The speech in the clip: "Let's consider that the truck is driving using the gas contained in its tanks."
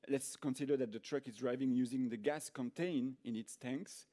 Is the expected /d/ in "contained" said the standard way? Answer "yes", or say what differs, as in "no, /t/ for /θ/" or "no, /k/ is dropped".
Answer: no, /d/ is dropped